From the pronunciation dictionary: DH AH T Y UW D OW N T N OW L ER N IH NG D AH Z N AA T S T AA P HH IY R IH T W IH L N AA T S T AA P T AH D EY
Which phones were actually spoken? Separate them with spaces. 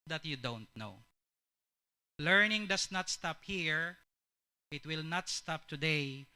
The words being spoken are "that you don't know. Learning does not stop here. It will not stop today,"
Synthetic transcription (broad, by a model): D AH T Y UW D OW N T N OW L ER N IH NG D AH S N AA T S T AA P HH IY R IH T W IH L N AA T S T AA P T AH D EY